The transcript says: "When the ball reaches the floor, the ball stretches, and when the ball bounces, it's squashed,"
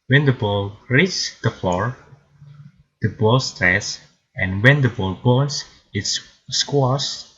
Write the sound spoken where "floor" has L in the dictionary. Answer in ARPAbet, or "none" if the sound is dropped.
none